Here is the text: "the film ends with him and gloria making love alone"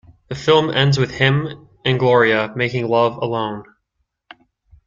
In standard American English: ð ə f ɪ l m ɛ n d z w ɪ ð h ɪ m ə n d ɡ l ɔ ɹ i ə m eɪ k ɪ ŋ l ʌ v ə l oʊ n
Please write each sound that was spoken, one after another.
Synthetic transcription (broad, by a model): ð ə f ɪ l m ɛ n d z w ɪ ð h ɪ m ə n ɡ l ɔ ɹ i ə m eɪ k ɪ ŋ l ʌ v ə l oʊ n